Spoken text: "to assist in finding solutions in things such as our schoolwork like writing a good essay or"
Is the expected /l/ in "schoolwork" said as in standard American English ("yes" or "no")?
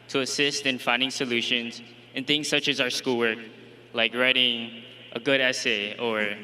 yes